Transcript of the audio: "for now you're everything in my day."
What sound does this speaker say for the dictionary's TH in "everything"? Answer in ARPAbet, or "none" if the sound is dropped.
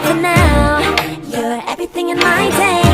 TH